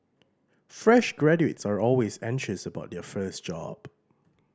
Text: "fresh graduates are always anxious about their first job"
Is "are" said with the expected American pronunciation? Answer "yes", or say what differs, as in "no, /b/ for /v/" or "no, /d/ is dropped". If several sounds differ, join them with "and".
yes